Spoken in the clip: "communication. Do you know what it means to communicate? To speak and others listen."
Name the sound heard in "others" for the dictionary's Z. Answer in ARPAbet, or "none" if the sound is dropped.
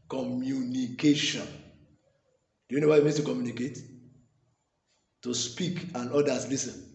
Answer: S